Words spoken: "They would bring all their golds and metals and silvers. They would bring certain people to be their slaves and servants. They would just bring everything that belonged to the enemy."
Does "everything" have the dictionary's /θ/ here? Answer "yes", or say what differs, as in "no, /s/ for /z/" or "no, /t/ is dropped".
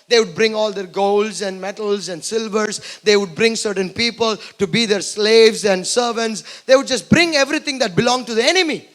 no, /t/ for /θ/